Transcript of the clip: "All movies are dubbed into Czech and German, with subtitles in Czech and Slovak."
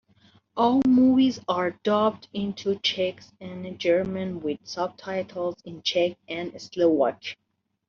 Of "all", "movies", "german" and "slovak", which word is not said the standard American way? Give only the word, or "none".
slovak